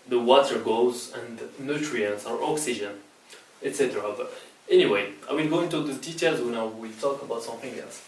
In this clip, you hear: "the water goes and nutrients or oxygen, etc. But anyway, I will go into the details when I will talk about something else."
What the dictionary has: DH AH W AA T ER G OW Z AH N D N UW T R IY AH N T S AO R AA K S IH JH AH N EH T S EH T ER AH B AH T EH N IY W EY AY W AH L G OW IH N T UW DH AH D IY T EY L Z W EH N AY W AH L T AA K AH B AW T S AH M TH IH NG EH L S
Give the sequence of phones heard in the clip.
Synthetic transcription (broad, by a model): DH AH W AA T ER G OW Z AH N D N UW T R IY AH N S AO R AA K S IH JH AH N EH T S EH T ER AH B AH T EH N IY W EY AY W AH L G OW IH N T UW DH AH D IY T EY L Z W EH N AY W AH L T AA K AH B AW T S AH M TH IH NG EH L S